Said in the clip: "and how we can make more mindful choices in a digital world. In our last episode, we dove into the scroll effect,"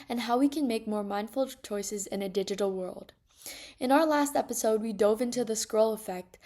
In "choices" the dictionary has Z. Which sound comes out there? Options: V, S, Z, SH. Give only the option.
Z